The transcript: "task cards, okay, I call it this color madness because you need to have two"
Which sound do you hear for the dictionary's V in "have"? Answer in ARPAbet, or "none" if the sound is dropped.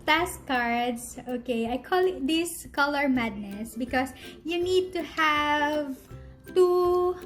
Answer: V